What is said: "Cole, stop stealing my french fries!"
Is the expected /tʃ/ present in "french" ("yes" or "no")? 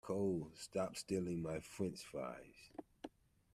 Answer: no